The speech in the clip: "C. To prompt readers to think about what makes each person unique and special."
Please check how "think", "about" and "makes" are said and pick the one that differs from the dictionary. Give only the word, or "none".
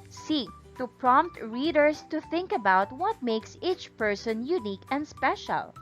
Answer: none